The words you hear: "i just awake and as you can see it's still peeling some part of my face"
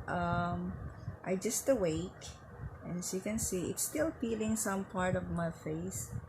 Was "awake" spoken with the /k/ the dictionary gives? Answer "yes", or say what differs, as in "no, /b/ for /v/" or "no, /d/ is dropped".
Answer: no, /k/ is dropped